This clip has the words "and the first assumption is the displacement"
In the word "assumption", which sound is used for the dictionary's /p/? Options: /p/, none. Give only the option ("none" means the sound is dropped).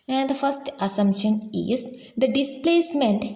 /p/